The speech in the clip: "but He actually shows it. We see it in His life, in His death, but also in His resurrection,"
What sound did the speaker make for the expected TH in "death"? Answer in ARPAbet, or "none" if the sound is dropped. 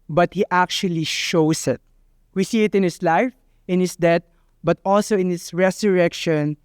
T